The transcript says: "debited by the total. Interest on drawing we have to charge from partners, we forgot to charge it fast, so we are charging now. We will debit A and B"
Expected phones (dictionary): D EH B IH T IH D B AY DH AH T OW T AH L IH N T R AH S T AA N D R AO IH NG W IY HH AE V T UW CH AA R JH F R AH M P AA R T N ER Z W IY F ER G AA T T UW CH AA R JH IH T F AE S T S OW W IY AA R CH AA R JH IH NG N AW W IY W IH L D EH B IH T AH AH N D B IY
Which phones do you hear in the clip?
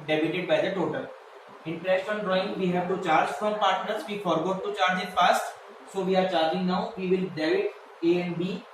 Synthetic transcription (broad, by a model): D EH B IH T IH D B AY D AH T OW T AH L IH N T R AH S T AA N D R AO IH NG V IY HH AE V T UW CH AA R JH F R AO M P AA R T N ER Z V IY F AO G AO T T UW CH AA R JH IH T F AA S T S OW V IY AA R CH AA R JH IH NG N AW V IY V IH L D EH IH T AH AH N B IY